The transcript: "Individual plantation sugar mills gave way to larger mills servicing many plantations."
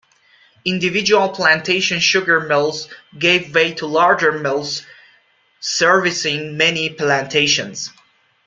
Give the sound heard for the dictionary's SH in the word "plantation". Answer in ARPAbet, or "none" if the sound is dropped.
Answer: SH